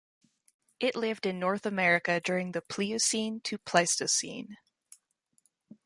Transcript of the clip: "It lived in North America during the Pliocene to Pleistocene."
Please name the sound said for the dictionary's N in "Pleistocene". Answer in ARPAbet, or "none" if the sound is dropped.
N